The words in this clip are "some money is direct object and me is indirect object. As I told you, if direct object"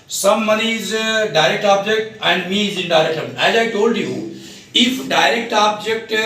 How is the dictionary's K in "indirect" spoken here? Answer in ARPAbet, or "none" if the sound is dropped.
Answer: none